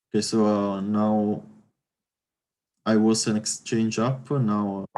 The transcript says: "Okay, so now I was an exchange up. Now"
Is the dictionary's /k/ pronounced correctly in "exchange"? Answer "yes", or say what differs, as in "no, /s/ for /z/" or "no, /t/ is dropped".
yes